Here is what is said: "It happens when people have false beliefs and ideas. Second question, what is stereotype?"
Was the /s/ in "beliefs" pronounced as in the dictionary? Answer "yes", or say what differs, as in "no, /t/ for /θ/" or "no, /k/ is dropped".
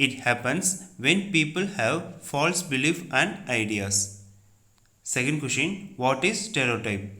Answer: no, /s/ is dropped